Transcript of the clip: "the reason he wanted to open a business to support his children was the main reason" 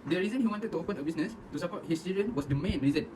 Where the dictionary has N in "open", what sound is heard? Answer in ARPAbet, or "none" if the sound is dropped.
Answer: N